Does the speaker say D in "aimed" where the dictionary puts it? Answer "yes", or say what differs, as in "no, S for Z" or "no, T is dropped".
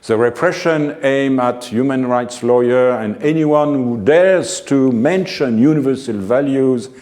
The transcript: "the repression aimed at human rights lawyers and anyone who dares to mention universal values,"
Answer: no, D is dropped